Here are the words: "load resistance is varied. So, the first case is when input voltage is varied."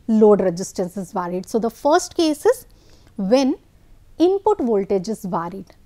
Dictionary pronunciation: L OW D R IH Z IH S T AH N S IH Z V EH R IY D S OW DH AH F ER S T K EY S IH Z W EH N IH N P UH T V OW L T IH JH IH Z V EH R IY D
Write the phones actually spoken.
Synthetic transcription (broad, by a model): L OW D R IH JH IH S T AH N S IH Z V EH R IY D S OW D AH F ER S T K EY S IH Z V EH N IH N P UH T V OW L T IH JH IH Z V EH R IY D